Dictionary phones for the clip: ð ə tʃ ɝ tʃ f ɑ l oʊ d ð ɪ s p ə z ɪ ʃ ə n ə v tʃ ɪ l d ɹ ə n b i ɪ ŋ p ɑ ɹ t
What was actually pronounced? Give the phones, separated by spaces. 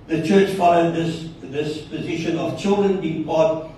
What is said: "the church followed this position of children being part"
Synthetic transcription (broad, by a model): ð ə tʃ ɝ tʃ f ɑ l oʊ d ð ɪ s p ə z ɪ ʃ ə n ə v tʃ ɪ l d ɹ ə n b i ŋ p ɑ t